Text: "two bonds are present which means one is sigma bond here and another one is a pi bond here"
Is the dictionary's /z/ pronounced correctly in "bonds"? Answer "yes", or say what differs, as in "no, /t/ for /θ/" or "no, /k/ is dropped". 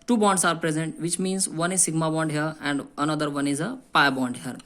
no, /s/ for /z/